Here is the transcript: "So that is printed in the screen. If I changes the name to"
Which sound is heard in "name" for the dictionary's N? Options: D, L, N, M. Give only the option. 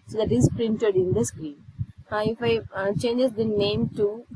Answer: N